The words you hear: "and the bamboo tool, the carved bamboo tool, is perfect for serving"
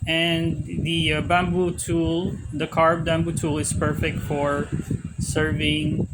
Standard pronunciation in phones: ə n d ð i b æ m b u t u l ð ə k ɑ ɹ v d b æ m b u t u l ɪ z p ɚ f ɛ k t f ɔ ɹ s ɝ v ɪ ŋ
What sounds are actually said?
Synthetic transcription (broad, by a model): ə n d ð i b æ m b u t u l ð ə k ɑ ɹ b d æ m b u t u l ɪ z p ɚ f ɛ k t f ɔ ɹ s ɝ v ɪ ŋ